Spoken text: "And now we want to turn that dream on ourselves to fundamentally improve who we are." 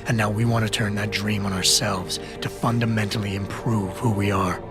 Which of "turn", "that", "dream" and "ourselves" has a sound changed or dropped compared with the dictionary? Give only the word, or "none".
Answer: none